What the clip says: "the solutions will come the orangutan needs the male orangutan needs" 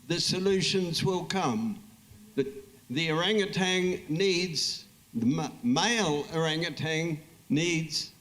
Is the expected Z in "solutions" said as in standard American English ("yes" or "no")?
yes